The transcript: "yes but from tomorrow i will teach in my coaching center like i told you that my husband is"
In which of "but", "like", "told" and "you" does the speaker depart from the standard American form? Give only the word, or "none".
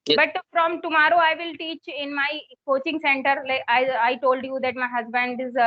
like